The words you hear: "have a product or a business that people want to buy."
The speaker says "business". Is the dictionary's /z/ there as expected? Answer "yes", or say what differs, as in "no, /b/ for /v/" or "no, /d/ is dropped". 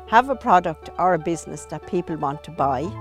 yes